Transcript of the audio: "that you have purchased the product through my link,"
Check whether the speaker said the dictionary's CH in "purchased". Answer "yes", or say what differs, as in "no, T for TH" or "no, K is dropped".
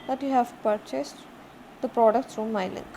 yes